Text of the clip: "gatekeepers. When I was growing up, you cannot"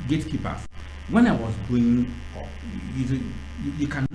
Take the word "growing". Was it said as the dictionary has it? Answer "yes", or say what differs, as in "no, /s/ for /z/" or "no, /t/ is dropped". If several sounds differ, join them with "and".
no, /ɹ/ is dropped